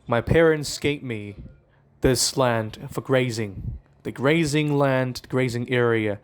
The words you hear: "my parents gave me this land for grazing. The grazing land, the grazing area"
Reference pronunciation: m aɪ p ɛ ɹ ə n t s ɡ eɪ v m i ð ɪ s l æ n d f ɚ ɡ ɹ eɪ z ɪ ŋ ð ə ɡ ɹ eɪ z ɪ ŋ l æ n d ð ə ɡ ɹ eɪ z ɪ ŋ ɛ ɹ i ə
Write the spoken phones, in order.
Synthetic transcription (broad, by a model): m aɪ p ɛ ɹ ə n t s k eɪ p m i ð ɪ s l æ n d f ɚ ɡ ɹ eɪ z ɪ ŋ ð ə ɡ ɹ eɪ z ɪ ŋ l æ n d ɡ ɹ eɪ z ɪ ŋ ɛ ɹ i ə